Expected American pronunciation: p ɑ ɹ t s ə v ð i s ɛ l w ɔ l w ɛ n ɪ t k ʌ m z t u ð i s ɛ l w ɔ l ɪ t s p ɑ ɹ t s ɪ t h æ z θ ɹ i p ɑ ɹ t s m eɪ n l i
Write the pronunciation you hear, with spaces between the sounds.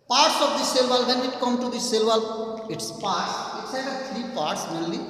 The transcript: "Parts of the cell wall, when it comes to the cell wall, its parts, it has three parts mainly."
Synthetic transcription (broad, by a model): p ɑ ɹ t s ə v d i s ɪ l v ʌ l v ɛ n ɪ t k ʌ m t u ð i s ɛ l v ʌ l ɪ t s p ɑ ɹ t s ɪ t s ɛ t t ɹ i p ɑ ɹ t s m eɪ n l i